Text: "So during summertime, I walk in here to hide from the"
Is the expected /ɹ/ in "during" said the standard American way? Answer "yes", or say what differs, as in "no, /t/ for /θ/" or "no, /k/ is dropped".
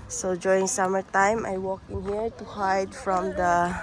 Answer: no, /ɹ/ is dropped